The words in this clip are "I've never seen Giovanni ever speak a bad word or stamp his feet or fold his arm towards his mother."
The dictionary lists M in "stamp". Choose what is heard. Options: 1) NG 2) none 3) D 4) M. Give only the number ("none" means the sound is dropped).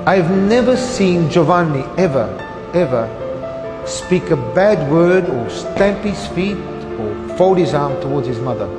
4